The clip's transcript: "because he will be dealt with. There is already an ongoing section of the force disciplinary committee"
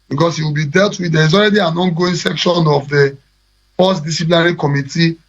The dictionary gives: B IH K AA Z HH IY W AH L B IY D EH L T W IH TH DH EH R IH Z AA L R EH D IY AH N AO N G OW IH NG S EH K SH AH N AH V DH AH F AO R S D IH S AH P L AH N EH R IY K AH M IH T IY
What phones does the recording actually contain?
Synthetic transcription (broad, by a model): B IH K AA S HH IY W AH L B IY D EH L T W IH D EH R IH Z AA L R EH D IY AH N AO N G OW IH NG S EH K SH AH N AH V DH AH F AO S D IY S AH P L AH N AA R IY K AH M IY T IY